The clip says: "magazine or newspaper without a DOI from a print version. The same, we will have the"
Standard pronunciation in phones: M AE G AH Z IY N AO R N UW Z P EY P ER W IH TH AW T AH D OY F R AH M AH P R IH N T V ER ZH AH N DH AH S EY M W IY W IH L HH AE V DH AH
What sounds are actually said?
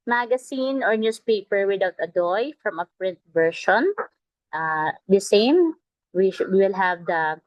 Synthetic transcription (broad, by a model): M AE G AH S IY N AO R N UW S P EY P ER W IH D AW T AH D OY F R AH M AH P R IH N T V ER SH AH N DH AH S EY M W IY W IH L HH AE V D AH